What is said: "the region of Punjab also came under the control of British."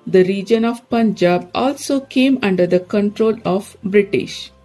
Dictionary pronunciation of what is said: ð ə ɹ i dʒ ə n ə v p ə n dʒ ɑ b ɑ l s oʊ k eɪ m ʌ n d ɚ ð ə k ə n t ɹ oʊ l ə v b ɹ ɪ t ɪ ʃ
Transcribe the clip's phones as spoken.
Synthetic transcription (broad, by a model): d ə ɹ i dʒ ə n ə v p ə n dʒ ɑ b ɑ l s oʊ k eɪ m ʌ n d ɚ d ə k ə n t ɹ oʊ l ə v b ɹ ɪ t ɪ ʃ